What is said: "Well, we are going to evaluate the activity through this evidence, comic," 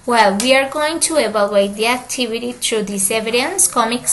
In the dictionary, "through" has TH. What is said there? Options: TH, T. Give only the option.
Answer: T